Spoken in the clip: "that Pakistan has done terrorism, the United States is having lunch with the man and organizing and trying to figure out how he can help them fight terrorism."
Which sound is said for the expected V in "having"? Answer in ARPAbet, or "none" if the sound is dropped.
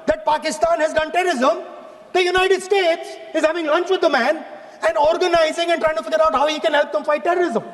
V